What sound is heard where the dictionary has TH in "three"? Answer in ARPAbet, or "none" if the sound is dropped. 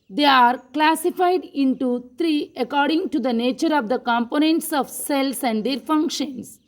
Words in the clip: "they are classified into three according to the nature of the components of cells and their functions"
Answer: T